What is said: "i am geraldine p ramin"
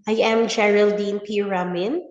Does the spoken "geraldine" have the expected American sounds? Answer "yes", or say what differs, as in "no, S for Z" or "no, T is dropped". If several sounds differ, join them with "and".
yes